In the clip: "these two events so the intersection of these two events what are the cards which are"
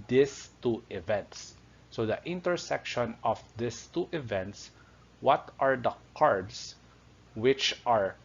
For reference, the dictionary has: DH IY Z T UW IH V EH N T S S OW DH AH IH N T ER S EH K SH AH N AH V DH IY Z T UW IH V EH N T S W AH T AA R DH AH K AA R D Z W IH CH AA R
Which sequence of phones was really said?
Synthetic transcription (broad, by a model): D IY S T UW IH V EH N T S S OW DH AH IH N T ER S EH K SH AH N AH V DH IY S T UW IH V EH N T S W AH T AA R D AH K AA R D S W IH CH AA R